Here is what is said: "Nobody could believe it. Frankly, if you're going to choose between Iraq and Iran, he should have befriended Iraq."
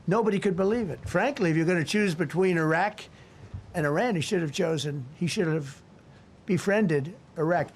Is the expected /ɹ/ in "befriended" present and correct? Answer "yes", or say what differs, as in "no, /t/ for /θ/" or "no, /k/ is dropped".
yes